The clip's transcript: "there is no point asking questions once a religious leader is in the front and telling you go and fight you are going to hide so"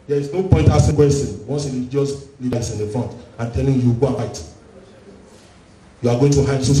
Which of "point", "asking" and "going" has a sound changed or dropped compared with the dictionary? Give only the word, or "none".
asking